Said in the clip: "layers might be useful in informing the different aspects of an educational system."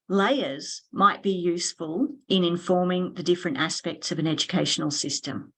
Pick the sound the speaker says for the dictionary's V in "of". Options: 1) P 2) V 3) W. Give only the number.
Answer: 2